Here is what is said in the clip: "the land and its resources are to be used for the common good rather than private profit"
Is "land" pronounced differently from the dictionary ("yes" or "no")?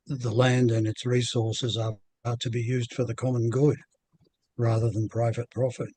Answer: no